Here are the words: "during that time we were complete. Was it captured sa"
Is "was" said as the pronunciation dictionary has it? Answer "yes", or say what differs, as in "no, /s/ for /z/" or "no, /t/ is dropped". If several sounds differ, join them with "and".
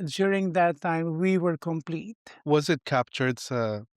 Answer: yes